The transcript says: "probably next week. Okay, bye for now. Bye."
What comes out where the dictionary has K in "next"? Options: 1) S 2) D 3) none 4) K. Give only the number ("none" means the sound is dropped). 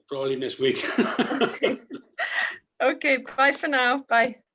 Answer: 3